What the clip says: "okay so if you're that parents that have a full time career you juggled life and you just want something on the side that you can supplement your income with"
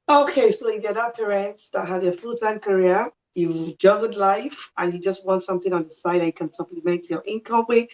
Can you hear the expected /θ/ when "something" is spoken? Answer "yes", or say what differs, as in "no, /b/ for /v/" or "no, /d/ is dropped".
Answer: yes